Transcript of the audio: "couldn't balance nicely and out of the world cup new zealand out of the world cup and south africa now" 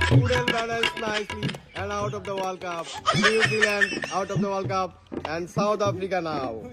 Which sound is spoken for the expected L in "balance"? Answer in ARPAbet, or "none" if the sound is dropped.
N